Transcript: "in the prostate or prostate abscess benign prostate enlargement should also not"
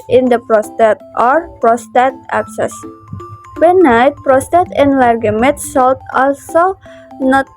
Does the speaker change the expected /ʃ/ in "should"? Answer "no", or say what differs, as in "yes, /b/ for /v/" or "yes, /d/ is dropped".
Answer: yes, /s/ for /ʃ/